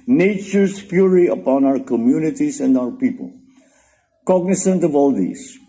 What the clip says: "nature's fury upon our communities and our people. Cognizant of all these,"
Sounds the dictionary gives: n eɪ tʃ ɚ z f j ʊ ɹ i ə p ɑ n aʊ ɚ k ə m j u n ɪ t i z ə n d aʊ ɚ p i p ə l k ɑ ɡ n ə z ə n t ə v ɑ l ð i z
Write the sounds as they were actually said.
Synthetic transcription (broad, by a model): n eɪ tʃ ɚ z p j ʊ ɹ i ə p ɑ n aʊ ɚ k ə m j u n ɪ t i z ə n d aʊ ɚ p i p ə l k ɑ ɡ n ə s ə n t ə v ɑ l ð i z